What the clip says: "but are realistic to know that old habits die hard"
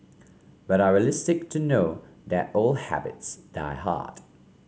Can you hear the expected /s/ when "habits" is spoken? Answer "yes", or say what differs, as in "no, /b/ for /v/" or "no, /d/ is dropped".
yes